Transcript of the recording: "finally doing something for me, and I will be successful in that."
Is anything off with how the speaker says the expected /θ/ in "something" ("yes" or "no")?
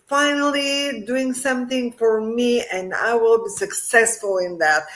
no